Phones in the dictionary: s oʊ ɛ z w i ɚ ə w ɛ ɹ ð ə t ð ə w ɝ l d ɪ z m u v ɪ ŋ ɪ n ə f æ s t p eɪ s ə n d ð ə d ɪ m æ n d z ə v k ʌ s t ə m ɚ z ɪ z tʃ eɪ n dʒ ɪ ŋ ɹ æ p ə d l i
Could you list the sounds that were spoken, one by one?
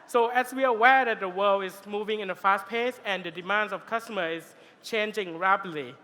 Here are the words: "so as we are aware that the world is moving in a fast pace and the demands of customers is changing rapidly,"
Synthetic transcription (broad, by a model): s oʊ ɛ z w i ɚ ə w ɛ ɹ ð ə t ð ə w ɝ l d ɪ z m u v ɪ ŋ ɪ n ə f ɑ s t p eɪ s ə n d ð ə d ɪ m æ n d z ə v k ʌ s t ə m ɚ ɪ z tʃ eɪ n dʒ ɪ ŋ ɹ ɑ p l i